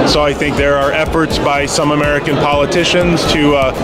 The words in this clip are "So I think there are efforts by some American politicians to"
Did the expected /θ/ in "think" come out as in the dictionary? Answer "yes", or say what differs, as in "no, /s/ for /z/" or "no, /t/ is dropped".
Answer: yes